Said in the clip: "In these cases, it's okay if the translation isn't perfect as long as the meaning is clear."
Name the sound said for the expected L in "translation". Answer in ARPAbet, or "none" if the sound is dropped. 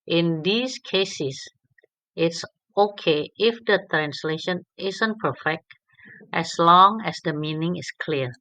L